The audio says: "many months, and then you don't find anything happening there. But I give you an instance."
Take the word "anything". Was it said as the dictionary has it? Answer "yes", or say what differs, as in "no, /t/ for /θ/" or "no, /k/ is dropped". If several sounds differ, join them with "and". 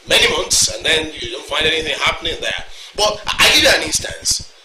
yes